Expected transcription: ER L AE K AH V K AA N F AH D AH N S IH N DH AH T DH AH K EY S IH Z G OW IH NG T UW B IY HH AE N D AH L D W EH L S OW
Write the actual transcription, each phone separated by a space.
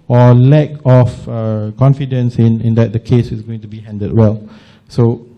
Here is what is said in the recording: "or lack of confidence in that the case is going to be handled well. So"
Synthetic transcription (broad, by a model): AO L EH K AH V K AA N F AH D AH N S IH N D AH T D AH K EY S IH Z G OW IH NG T UW B IY HH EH N D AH D W EH L S OW